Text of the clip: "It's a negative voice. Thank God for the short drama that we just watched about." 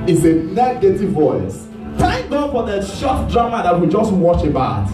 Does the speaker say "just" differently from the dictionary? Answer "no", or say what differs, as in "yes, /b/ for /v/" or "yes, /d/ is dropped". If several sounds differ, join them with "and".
no